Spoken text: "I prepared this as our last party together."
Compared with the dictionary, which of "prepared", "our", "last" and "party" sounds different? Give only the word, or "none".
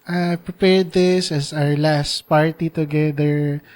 none